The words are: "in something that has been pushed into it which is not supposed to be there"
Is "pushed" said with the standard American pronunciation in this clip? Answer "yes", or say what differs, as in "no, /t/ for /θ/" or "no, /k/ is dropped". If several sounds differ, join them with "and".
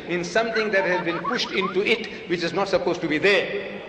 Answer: yes